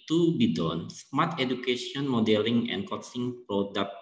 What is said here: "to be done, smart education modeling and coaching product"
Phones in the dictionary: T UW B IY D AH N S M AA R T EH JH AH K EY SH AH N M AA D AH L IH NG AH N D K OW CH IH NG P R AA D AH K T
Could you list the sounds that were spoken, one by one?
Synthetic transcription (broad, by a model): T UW B IY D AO N S M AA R T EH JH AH K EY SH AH N M AA D AH L IH NG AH N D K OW S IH NG P R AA D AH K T